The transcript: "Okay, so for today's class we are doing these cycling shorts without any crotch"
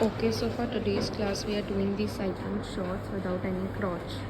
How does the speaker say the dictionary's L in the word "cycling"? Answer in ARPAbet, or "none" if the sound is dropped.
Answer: none